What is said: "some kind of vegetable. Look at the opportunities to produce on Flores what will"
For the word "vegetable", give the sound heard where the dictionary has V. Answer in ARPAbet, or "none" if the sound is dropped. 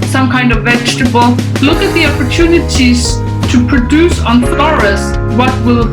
V